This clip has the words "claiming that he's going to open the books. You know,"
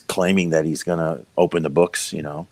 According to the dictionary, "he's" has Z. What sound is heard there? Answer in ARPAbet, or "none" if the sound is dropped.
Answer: Z